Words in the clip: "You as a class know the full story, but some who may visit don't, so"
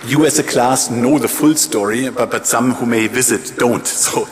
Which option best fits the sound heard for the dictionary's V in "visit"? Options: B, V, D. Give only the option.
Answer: V